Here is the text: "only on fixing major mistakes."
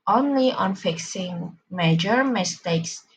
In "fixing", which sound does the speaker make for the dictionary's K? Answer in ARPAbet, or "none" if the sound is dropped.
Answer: K